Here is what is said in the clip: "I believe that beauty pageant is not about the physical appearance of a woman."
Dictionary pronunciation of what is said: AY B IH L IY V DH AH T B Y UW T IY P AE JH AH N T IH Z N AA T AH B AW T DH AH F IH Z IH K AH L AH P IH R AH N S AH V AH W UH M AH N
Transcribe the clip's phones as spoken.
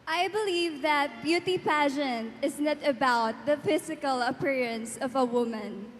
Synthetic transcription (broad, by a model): AY B IH L IY V DH AH T B Y UW T IY P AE SH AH N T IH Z N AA T AH B AW T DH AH F IH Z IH K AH L AH P IH R AH N S AH V AH W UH M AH N